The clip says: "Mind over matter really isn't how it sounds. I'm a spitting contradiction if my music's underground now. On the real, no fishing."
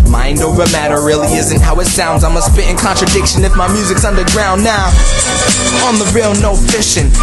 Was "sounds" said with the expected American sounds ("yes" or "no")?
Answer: yes